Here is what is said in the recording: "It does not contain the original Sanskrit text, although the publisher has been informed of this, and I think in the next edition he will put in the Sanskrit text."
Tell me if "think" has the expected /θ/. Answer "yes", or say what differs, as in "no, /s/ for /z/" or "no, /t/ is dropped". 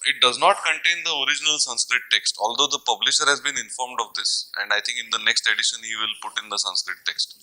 no, /t/ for /θ/